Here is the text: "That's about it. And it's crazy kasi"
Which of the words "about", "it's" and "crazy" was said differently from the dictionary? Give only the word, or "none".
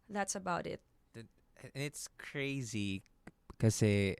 none